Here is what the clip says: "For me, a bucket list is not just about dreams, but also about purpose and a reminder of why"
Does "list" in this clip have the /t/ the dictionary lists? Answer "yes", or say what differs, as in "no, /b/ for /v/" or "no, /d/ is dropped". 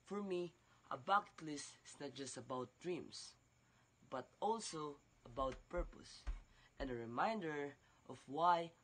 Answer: yes